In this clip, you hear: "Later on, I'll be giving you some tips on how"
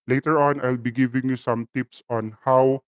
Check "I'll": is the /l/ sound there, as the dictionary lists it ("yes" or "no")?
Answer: yes